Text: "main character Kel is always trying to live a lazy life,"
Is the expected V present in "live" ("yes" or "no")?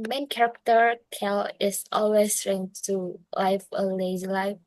no